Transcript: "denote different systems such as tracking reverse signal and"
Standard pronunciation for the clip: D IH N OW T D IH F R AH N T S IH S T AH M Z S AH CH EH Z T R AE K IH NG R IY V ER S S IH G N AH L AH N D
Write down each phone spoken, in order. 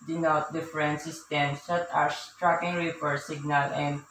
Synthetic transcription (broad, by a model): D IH N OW T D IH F R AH N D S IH S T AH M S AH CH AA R T R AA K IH NG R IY P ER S S IH G N AH L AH N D